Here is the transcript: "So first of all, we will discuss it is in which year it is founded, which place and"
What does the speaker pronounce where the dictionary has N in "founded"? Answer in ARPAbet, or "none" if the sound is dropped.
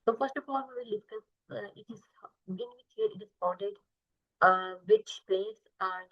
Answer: none